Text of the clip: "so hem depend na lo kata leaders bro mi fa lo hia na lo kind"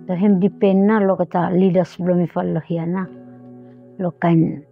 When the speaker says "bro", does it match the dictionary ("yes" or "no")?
no